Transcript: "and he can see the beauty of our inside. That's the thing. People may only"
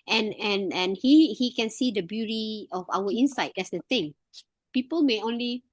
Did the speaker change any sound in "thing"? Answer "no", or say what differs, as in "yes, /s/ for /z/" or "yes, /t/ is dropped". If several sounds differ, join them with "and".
yes, /t/ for /θ/